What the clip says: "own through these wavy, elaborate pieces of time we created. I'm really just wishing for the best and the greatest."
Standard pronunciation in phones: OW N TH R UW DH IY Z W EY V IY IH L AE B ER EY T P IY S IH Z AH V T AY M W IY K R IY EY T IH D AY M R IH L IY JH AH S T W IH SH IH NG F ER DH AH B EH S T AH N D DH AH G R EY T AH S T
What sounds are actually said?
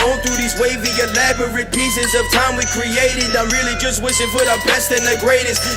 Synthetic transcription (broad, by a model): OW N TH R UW DH IY Z W EY V IY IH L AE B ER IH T P IY S IH Z AH V T AY M W IY K R IY EY T IH D AY M R IH L IY JH AH S T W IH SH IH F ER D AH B EH S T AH N DH AH G R EY T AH S T